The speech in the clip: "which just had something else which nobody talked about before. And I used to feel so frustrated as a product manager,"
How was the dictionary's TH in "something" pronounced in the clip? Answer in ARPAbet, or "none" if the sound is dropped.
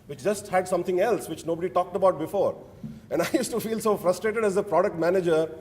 T